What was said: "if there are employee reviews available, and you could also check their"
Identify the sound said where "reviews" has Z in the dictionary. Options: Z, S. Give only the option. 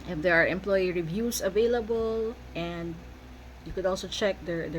S